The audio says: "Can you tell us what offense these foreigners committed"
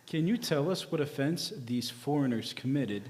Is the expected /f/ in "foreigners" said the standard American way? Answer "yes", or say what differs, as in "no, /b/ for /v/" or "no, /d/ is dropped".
yes